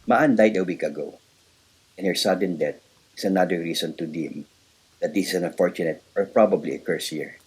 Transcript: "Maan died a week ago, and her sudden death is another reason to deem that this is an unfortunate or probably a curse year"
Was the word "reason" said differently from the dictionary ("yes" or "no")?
yes